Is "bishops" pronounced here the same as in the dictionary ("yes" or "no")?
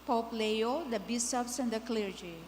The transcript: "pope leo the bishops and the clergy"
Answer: no